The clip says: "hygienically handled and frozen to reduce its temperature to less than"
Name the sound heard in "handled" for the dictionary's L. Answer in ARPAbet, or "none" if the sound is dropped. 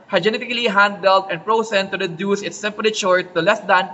L